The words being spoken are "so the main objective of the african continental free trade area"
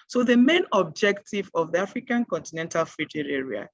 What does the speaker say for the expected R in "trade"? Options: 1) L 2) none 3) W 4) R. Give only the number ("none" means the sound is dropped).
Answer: 2